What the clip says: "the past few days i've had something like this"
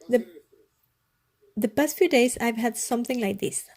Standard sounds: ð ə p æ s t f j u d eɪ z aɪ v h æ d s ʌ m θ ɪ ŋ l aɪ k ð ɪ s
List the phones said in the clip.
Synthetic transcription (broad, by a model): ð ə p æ s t f j u d eɪ s aɪ v h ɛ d s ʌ m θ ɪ ŋ l aɪ k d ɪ s